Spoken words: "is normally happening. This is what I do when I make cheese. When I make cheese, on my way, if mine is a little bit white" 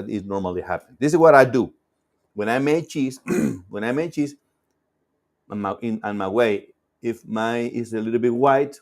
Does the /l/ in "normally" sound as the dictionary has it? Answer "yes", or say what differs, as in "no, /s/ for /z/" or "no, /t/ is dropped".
yes